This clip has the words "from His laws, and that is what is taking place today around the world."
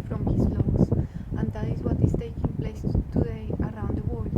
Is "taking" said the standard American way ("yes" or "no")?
yes